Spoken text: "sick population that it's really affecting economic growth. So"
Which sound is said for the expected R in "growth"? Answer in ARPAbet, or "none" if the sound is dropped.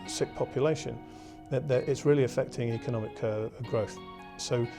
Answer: R